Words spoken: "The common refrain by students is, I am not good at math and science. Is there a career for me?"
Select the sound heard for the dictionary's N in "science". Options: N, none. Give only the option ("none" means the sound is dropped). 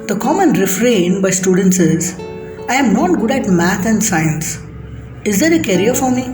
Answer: N